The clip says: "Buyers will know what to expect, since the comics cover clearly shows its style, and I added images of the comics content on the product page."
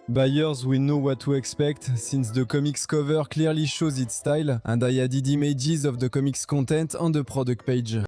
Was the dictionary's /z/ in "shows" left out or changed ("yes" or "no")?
no